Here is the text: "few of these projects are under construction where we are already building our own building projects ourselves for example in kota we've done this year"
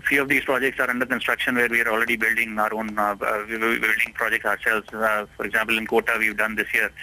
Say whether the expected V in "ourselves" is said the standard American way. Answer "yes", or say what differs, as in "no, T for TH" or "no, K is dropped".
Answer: no, V is dropped